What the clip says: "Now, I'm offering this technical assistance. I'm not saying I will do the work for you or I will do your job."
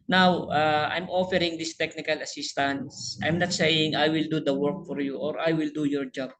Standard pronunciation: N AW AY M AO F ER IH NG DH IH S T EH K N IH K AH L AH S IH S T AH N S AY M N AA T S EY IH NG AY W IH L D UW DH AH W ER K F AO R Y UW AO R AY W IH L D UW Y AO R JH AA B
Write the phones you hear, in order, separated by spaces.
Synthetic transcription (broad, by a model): N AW AY M AO F ER IH NG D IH S T EH K N IH K AH L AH S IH S T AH N S AY M N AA T S EY IH NG AY W IH L D UW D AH W ER K F AO R Y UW AO R AY W IH L D UW Y AO R JH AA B